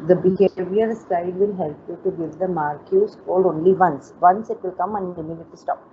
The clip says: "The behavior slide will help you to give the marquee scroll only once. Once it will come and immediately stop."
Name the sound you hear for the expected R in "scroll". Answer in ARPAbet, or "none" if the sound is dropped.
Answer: none